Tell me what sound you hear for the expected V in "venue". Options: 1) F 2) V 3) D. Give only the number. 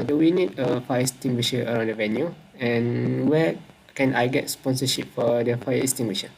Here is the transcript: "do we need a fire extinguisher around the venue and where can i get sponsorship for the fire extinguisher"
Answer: 2